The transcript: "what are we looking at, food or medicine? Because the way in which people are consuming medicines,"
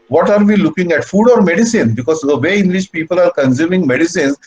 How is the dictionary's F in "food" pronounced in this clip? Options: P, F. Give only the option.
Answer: F